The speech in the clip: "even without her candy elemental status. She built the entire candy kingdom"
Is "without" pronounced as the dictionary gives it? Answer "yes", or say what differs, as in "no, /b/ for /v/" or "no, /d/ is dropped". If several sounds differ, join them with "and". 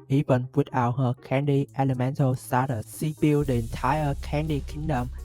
no, /t/ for /θ/